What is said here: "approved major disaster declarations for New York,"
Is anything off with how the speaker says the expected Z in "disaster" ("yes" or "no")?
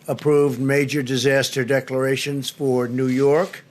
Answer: no